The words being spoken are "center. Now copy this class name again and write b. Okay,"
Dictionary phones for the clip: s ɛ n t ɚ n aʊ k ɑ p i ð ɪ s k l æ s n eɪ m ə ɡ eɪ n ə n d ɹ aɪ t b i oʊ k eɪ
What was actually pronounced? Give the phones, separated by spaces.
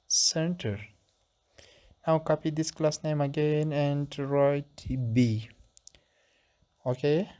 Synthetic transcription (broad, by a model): s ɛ n t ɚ n aʊ k ɑ p i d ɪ s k l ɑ s n eɪ m ə ɡ eɪ n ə n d ɹ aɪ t b i oʊ k eɪ